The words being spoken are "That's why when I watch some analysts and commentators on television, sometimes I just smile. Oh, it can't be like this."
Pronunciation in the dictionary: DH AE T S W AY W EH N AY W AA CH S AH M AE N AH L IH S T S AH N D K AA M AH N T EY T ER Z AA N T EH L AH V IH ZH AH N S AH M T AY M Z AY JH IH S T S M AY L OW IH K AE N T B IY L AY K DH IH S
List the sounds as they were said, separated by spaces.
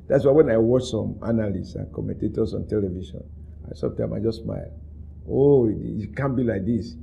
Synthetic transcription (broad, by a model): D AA T S W AY W EH N AY W AA CH S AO M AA N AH L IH S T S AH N K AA M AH N T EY T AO S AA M T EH L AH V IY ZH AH N S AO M T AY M AY JH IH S S M AY L OW IH K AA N B IY L AY K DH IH S